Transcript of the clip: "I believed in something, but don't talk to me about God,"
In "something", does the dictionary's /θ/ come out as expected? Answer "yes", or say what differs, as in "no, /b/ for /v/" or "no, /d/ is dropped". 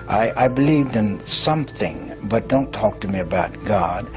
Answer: yes